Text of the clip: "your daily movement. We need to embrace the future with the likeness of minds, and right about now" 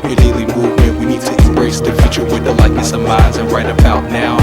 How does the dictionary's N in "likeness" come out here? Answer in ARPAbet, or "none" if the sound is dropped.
none